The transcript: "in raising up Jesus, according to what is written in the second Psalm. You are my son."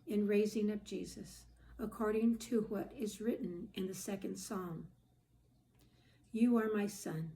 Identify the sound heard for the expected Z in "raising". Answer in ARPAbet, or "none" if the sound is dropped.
Z